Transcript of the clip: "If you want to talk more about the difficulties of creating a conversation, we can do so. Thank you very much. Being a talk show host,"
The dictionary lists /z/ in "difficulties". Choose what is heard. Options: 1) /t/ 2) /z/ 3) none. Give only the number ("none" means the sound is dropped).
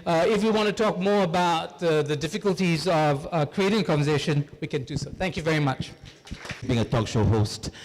2